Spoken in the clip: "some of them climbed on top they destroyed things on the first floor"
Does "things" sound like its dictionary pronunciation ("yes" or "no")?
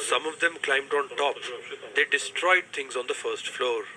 no